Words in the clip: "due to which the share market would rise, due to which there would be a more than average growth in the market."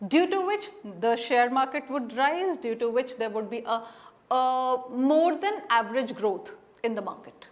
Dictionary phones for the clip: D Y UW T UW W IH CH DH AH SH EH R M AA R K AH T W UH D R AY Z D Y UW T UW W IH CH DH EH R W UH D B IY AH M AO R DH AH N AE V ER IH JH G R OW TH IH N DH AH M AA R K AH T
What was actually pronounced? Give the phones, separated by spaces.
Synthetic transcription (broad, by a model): D Y UW T UW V IH CH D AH SH EH R M AA R K AH T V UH D R AY Z D Y UW T UW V IH CH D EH R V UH D B IY AH M AO R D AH N AE V ER IH JH G R OW T IH N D AH M AA R K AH T